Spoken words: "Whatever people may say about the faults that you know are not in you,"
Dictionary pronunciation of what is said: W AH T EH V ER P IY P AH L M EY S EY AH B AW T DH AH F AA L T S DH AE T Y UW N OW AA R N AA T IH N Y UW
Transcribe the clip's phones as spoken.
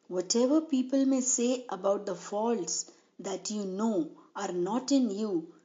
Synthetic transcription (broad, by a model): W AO T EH V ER P IY P AH L M EY S EY AH B AW T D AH F AA L T S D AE T Y UW N OW AA R N AA T IH N Y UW